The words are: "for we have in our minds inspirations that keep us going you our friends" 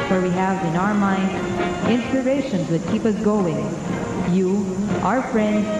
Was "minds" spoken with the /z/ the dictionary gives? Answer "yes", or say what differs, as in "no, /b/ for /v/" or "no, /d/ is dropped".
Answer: no, /z/ is dropped